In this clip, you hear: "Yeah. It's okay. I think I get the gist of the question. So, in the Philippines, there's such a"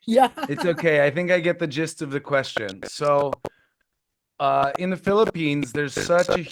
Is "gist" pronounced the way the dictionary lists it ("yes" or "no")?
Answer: yes